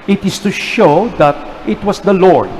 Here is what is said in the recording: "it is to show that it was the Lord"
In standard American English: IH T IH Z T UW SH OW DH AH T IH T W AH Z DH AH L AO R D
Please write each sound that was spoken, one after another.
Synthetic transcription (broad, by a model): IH T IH S T UW SH OW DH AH T IH T W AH S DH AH L AO R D